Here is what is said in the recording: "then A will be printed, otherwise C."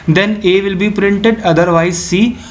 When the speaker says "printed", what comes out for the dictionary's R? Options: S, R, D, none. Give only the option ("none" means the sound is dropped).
R